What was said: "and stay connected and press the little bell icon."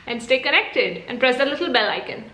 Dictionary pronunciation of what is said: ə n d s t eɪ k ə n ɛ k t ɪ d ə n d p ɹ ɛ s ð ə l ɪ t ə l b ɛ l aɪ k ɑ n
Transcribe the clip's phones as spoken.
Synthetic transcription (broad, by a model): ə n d s t eɪ k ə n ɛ k t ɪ d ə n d p ɹ ɛ s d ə l ɪ t ə l b ɛ l aɪ k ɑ n